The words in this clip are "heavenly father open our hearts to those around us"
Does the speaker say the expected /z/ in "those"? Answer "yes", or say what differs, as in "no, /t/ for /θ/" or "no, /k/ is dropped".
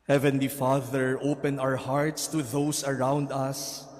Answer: no, /s/ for /z/